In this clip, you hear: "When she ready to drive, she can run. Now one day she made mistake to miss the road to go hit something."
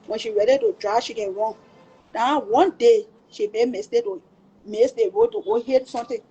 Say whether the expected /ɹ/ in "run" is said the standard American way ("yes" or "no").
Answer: no